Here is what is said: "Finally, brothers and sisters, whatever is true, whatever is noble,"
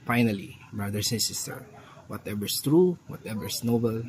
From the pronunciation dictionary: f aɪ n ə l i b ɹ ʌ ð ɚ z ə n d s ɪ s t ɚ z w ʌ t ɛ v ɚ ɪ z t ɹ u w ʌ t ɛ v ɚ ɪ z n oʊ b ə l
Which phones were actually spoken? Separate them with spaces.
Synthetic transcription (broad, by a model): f aɪ n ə l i b ɹ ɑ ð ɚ s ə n s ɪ s t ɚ w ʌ t ɛ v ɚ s t ɹ u w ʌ t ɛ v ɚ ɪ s n oʊ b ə l